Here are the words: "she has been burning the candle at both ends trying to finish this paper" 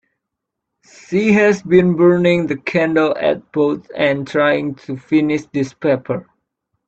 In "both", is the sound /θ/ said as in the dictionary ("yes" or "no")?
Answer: no